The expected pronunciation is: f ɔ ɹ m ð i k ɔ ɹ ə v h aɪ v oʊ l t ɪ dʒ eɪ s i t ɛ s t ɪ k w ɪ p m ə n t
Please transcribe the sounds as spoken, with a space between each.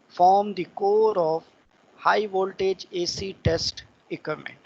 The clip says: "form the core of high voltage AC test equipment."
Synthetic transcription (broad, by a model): f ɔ ɹ m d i k ɔ ɹ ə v h aɪ v oʊ l t ɪ dʒ eɪ s i t ɛ s t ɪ k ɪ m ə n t